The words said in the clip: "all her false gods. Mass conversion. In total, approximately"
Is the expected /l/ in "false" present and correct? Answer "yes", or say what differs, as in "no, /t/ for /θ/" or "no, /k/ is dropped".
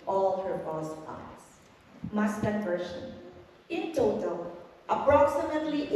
no, /l/ is dropped